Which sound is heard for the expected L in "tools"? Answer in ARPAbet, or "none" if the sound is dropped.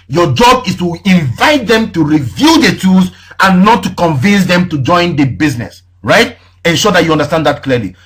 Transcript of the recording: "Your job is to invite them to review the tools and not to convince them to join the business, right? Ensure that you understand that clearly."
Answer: none